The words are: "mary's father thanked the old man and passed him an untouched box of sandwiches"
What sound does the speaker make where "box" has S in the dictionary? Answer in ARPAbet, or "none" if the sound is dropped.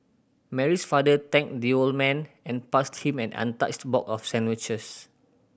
none